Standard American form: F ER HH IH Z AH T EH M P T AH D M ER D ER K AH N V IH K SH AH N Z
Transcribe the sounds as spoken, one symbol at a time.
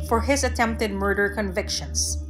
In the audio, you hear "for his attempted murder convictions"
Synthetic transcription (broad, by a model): F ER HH IH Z AH T EH M P T AH D M ER D ER K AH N V IH K SH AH N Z